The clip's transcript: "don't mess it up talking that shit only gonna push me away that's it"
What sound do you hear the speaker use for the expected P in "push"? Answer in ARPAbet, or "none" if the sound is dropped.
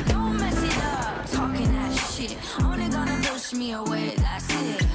B